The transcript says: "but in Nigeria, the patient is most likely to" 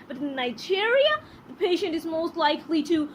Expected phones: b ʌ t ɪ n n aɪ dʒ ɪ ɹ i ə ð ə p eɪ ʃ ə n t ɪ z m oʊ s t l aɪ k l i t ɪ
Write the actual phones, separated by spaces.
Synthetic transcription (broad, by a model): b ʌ t ɪ n n aɪ dʒ ɪ ɹ i ə ð ə p eɪ ʃ ə n t ɪ z m oʊ s t l aɪ k l i t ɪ